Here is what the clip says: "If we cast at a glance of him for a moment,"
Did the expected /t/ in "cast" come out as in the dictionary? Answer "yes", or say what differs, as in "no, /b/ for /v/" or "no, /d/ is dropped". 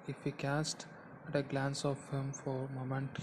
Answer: yes